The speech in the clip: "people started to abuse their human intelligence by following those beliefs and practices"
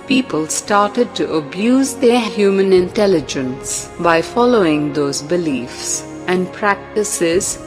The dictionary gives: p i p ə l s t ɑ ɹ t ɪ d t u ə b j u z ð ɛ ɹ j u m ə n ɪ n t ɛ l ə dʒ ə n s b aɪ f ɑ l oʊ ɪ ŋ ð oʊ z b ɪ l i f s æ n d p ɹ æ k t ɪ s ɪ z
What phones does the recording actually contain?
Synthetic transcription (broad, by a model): p i p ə l s t ɑ ɹ t ɪ d t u ə b j u z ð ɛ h j u m ə n ɪ n t ɛ l ə dʒ ə n s b aɪ f ɑ l oʊ ɪ ŋ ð oʊ z b ɪ l i f s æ n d p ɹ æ k t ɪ s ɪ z